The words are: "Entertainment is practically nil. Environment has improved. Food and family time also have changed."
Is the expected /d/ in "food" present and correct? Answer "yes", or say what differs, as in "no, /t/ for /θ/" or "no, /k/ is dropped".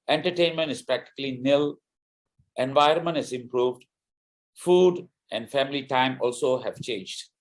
yes